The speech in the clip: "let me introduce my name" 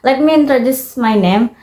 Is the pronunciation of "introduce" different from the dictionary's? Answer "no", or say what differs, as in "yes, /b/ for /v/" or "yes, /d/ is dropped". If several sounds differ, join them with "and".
no